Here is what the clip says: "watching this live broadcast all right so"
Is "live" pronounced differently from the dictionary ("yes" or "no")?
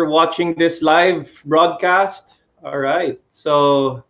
no